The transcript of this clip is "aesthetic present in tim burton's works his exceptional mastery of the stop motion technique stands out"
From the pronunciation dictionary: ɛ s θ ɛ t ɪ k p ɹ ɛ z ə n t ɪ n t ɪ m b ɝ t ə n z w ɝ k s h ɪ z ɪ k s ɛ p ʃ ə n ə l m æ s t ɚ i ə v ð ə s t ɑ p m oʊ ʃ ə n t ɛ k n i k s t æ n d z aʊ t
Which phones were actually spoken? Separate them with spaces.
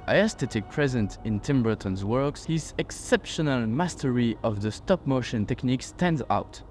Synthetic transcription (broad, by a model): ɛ s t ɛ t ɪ k p ɹ ɛ z ə n t ɪ n t ɪ m b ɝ t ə n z w ɝ k s h ɪ z ɪ k s ɛ p ʃ ə n ə l m æ s t ɚ i ə v ð ə s t ɑ p m oʊ ʃ ə n t ɛ k n i k s t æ n d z aʊ t